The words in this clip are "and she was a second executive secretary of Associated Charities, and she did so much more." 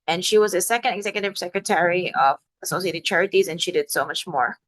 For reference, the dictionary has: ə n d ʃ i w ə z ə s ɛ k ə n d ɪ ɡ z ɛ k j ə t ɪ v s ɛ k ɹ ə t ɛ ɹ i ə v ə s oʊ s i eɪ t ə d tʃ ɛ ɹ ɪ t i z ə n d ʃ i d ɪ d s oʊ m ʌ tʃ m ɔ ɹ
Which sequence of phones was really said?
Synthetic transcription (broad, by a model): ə n ʃ i w ə z ə s ɛ k ə n d ɪ ɡ z ɛ k j ə t ɪ v s ɛ k ɹ ə t ɛ ɹ i ə v ə s oʊ s i eɪ t ə d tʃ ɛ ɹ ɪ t i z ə n ʃ i d ɪ d s oʊ m ʌ tʃ m ɔ ɹ